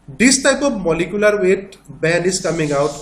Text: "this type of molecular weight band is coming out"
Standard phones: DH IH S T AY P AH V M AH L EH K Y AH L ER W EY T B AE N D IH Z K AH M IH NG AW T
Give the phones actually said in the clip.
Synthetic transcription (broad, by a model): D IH S T AY P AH B M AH L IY K Y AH L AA W EY T B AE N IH S K AH M IH NG AW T